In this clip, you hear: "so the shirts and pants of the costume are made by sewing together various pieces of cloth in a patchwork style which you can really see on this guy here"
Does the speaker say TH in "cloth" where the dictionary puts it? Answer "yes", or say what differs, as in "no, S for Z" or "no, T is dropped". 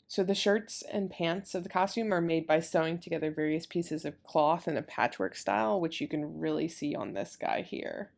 yes